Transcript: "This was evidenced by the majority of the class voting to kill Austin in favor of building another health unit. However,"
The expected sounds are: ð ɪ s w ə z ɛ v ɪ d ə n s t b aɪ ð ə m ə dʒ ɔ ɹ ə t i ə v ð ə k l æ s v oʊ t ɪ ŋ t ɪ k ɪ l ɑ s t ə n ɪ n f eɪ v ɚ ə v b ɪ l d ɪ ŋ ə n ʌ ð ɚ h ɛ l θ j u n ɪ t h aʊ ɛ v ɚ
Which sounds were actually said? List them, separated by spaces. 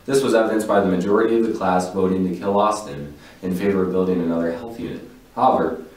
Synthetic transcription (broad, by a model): ð ɪ s w ə z ɛ v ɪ d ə n s b aɪ ð ə m ə dʒ ɔ ɹ ə t i ə v ð ə k l æ s v oʊ t ɪ ŋ t ɪ k ɪ l ɑ s t ə n ɪ n f eɪ v ɚ ə v b ɪ l d ɪ ŋ ə n ʌ ð ɚ h ɛ l θ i ɪ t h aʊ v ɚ